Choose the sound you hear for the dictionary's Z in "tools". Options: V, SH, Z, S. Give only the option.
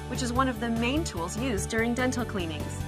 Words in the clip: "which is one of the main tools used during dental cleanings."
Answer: Z